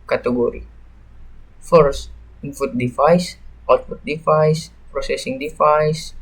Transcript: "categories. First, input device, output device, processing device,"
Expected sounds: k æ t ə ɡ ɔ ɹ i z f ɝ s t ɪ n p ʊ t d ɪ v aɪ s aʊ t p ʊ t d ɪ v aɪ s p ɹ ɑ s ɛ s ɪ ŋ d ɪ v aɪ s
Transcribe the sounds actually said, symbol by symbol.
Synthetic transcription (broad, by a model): k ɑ t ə ɡ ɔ ɹ i f ɝ s t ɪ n f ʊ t d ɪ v aɪ s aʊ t f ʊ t d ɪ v aɪ s p ɹ ɑ s ɛ s ɪ ŋ d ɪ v aɪ s